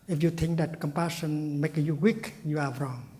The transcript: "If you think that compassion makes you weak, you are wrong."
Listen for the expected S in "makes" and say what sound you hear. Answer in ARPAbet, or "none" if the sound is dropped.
none